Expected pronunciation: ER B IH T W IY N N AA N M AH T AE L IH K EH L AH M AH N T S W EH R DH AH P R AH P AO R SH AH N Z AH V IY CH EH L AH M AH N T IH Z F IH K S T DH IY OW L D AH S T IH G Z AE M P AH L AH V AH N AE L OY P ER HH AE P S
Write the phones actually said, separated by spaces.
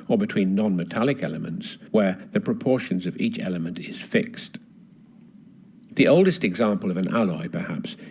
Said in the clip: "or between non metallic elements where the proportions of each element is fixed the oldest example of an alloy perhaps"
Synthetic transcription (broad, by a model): ER B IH T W IY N N AA N M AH T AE L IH K EH L AH M AH N T S W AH R DH AH P R AH P AO R SH AH N Z AH V IY CH EH L AH M AH N T IH Z F IH K S T DH IY OW L D AH S T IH G Z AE M P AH L AH V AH N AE L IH P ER HH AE P S